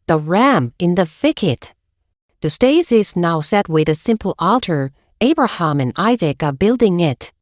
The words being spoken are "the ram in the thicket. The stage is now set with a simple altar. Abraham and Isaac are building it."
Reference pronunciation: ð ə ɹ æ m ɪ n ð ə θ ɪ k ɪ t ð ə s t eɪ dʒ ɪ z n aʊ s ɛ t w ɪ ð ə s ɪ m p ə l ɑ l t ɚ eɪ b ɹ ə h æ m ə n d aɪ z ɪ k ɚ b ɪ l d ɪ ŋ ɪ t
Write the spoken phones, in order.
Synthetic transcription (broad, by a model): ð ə ɹ æ m ɪ n ð ə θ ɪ k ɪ t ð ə s t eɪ z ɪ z n aʊ s ɛ t w ɪ ð ə s ɪ m p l ɑ l t ɚ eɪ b ɹ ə h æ m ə n aɪ z ɪ k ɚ b ɪ l d ɪ ŋ ɪ t